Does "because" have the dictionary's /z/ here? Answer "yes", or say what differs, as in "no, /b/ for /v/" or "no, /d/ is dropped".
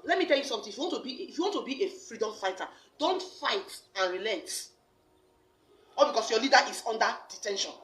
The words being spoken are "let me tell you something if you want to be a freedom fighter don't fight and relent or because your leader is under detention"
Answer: no, /s/ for /z/